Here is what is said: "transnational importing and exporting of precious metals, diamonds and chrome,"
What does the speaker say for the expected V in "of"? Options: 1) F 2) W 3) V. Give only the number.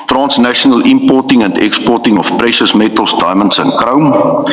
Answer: 1